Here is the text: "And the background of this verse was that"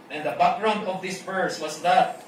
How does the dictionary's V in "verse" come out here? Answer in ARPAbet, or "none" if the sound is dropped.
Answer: B